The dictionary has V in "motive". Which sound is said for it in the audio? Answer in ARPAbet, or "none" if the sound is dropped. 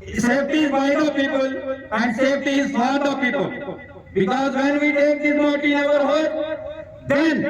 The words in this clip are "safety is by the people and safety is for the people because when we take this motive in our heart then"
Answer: none